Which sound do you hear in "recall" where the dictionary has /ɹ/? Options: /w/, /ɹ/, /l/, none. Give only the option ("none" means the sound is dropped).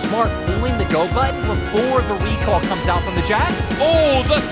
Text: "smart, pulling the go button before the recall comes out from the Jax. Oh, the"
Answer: /w/